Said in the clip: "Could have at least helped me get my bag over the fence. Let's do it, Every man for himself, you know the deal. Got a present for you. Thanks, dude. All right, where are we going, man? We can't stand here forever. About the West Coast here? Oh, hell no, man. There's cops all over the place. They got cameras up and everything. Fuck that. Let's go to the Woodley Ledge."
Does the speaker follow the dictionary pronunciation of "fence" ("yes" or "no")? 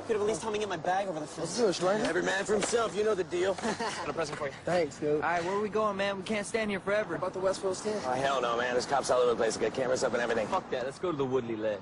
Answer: no